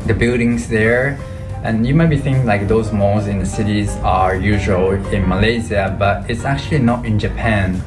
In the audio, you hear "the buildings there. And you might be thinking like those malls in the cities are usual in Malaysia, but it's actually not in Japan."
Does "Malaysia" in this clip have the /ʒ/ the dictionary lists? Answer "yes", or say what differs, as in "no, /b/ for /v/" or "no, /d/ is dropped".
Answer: no, /z/ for /ʒ/